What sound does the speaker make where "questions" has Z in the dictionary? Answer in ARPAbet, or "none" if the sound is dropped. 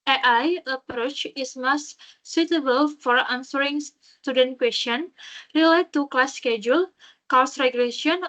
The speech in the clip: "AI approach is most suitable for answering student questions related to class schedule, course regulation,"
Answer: none